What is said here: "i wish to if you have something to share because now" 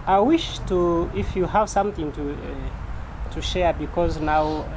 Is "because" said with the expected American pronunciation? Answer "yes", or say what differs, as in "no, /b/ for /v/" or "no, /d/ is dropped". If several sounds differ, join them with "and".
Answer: yes